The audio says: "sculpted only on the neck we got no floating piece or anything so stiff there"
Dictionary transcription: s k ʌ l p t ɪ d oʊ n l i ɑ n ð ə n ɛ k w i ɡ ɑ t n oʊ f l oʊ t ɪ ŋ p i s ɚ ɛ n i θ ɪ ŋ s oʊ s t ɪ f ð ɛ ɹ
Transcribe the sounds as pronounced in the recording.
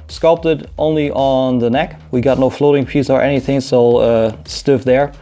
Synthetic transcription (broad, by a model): s k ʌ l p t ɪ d oʊ n l i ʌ n ð ə n ɛ k w i ɡ ɑ t n oʊ f l oʊ t ɪ ŋ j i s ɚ ɛ n i θ ɪ ŋ s oʊ s t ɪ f ð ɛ ɹ